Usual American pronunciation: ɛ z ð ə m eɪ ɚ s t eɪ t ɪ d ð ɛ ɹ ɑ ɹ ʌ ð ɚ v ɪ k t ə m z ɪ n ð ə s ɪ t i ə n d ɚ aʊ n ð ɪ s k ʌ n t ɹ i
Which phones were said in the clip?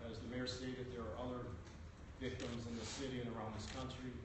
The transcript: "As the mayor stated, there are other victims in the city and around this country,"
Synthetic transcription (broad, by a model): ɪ z ð ə m eɪ ɚ s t eɪ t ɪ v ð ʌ ɹ ɹ ʌ ð ɚ v ɪ k t ə m z ɪ n ð ə s ɪ t i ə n ɚ aʊ n ð ɪ s k ʌ n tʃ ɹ i